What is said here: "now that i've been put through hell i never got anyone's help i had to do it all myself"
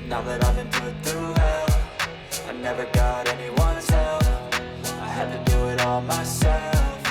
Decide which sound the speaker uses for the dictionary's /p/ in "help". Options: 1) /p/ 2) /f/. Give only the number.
2